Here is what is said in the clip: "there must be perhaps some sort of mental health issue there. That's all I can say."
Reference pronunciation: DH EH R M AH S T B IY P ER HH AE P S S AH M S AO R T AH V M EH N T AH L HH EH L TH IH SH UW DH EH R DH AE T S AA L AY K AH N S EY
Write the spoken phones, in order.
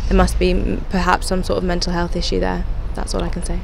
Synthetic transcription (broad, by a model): DH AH M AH S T B IY P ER HH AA P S S AH M S AO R T AH V M EH N T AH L HH EH L TH IH SH UW DH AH DH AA T S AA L AY K AH N S EY